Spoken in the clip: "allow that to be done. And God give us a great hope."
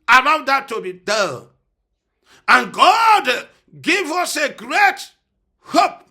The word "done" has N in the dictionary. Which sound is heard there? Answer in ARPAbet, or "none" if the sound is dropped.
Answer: L